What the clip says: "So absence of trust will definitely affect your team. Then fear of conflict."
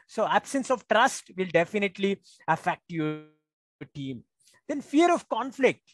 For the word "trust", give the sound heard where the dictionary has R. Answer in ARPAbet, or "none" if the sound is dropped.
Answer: R